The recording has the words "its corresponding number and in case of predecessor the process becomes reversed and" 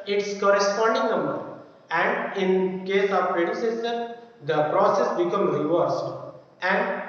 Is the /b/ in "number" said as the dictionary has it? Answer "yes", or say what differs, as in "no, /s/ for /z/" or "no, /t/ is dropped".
no, /b/ is dropped